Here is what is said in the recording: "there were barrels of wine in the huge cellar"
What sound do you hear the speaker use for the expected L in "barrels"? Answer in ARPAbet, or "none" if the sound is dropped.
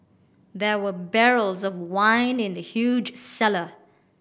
L